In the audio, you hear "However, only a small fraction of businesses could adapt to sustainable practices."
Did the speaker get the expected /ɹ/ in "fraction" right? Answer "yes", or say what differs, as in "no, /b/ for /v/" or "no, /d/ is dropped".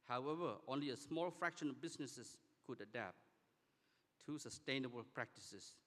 yes